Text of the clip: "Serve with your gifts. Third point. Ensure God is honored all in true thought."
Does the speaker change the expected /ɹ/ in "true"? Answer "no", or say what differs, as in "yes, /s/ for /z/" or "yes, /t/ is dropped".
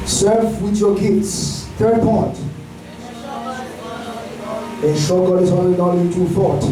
yes, /ɹ/ is dropped